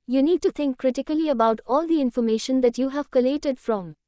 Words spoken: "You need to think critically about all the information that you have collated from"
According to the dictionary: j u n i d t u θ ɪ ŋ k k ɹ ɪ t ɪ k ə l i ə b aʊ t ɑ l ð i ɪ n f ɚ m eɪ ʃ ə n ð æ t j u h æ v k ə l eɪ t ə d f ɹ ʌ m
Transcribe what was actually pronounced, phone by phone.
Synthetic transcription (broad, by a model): j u n i d t u t ɪ ŋ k k ɹ ɪ t ɪ k ə l i ə b aʊ t ɑ l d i ɪ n f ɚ m eɪ ʃ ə n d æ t j u h æ v k ə l eɪ t ə d f ɹ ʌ m